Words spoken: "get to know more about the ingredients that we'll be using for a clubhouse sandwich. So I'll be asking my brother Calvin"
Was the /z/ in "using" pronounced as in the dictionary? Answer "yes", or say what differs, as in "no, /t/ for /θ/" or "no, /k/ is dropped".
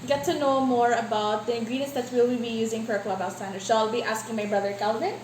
yes